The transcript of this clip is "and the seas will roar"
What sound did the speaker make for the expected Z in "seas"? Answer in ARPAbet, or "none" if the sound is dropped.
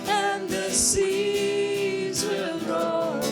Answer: Z